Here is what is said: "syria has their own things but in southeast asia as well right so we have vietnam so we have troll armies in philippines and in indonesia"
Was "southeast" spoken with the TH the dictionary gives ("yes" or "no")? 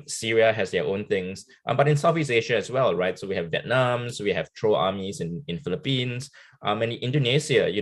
no